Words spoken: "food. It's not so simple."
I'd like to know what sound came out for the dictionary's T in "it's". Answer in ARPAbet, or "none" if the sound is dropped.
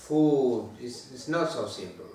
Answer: S